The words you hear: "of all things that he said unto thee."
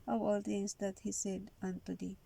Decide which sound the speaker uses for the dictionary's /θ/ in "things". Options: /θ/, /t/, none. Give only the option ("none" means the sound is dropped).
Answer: /t/